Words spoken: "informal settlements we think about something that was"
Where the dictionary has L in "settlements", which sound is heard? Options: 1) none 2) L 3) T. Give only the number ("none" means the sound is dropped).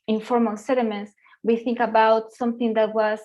1